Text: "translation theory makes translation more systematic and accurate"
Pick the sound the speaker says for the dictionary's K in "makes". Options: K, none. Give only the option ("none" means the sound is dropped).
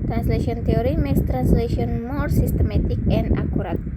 none